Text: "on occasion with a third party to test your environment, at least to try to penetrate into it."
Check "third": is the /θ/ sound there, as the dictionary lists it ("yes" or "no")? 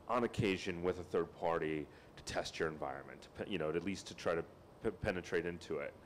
yes